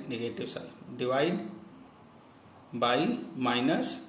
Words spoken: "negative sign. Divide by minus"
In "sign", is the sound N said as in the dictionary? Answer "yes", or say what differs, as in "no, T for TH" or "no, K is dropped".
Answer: no, L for N